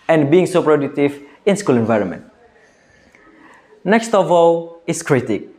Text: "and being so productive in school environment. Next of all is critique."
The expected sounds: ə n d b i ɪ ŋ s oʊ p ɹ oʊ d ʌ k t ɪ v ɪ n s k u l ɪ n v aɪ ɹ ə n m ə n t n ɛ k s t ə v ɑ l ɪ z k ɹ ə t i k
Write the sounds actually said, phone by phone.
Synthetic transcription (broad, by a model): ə n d b i ɪ ŋ s oʊ p ɹ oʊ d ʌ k t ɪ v ɪ n s k u l ɪ n v aɪ ɹ ə n m ə n t n ɛ k s t ə v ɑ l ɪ s k ɹ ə t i k